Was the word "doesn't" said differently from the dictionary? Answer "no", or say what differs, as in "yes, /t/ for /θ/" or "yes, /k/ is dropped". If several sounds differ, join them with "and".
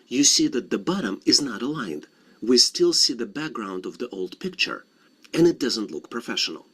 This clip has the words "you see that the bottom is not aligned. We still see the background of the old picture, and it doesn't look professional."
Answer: no